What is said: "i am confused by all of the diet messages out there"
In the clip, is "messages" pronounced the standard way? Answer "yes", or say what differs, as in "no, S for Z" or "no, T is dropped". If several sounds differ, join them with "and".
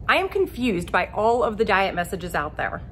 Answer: yes